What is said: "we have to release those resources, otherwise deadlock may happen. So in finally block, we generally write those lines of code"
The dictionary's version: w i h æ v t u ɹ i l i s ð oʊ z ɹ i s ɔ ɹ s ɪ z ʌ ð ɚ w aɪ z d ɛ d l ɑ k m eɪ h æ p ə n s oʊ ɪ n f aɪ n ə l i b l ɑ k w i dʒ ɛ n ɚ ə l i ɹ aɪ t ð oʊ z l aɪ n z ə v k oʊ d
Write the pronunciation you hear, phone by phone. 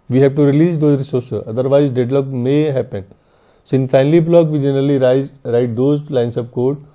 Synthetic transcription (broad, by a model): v i h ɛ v t u ɹ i l i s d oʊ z ɹ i s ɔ ɹ s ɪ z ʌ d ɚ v aɪ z d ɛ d l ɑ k m eɪ h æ p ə n s ɪ n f aɪ n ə l i b l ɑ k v i dʒ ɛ n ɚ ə l i ɹ aɪ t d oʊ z l aɪ n s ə p k oʊ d